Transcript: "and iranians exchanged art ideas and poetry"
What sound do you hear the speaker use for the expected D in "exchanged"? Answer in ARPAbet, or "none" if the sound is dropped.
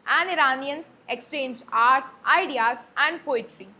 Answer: none